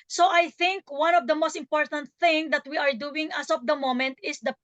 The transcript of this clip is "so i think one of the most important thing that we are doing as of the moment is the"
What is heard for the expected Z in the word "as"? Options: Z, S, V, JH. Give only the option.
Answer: S